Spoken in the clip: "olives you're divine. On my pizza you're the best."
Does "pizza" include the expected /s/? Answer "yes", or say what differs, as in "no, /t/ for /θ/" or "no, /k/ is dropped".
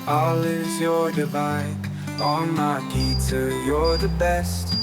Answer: no, /s/ is dropped